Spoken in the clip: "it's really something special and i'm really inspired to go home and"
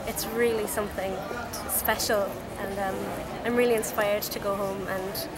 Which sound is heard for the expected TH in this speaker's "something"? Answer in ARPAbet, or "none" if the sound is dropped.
TH